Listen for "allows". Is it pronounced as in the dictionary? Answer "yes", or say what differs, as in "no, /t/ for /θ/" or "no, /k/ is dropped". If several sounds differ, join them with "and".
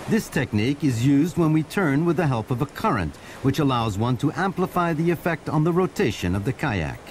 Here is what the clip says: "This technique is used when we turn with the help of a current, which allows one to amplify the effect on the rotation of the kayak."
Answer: yes